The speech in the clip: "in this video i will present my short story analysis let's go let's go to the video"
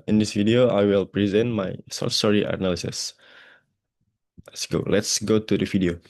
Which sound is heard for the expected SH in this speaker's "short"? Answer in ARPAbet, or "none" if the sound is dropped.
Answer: S